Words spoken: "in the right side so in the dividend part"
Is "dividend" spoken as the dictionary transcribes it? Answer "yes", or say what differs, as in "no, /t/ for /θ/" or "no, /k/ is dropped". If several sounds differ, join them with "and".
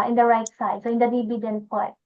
no, /b/ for /v/